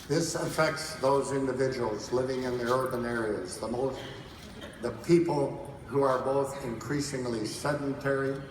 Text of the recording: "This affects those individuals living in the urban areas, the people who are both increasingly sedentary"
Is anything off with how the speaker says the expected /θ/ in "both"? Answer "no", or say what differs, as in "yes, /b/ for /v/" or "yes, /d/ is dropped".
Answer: no